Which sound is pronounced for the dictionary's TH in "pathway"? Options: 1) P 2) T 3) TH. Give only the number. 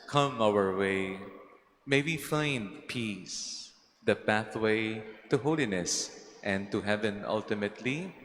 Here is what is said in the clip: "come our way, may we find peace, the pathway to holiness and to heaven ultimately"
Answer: 3